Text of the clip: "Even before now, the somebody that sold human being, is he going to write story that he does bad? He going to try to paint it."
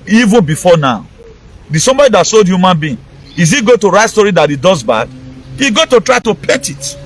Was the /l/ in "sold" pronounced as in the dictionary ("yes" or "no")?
yes